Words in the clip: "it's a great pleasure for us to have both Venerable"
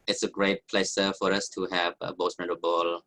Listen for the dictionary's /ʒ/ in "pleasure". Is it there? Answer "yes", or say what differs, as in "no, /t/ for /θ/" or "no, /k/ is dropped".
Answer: no, /s/ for /ʒ/